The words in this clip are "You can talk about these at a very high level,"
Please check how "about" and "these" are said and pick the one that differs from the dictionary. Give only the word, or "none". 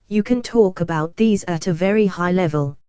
none